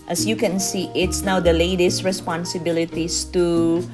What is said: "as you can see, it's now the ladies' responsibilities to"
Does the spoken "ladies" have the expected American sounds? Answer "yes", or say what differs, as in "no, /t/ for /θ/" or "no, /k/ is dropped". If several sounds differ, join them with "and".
no, /s/ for /z/